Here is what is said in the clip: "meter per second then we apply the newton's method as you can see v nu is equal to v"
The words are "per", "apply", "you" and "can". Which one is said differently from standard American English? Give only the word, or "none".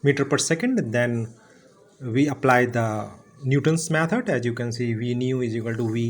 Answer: none